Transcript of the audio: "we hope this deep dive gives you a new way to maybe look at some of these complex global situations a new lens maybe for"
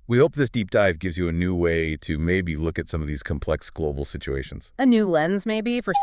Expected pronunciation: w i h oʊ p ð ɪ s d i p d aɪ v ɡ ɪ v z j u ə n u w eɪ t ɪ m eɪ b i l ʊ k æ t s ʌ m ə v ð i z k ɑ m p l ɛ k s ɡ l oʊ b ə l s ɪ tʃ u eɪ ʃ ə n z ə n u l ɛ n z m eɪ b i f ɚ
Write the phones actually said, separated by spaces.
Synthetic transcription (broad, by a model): w i h oʊ p ð ɪ s d i p d aɪ v ɡ ɪ v z j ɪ ə n u w eɪ t ɪ m eɪ b i l ʊ k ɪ t s ʌ m ə v ð i z k m p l ɛ k s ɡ l oʊ b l s ɪ tʃ u eɪ ʃ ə n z ə n u l ɛ n z m eɪ b i f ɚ